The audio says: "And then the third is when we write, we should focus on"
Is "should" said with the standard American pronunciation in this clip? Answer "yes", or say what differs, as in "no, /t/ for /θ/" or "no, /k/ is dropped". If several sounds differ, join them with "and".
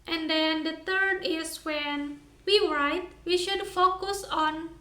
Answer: yes